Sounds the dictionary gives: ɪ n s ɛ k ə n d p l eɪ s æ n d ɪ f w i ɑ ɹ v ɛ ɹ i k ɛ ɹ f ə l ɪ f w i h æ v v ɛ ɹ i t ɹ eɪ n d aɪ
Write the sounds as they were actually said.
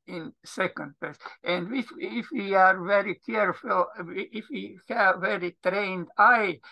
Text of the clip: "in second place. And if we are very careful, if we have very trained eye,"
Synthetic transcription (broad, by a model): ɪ n s ɛ k ə n d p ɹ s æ n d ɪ f w i ɑ ɹ v ɛ ɹ i k ɛ ɹ f ə l ɪ f w i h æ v v ɛ ɹ i t ɹ eɪ n d aɪ